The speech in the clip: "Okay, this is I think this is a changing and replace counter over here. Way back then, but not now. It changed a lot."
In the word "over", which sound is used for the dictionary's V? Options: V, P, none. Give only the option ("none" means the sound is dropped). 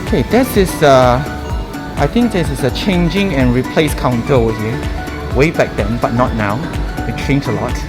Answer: none